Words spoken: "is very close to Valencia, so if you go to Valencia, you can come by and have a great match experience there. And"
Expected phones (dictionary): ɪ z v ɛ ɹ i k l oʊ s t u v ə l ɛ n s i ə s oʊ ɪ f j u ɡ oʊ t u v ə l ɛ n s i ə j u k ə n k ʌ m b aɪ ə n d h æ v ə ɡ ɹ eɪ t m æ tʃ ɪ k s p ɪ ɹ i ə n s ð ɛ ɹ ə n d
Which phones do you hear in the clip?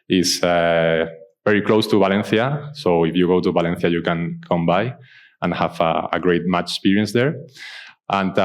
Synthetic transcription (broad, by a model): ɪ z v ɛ ɹ i k l oʊ s t u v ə l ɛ n θ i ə s oʊ ɪ f j u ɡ oʊ t u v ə l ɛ n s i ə j u k ə n k ʌ m b aɪ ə n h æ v ə ɡ ɹ eɪ t m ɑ tʃ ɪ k s p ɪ ɹ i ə n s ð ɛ ɹ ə n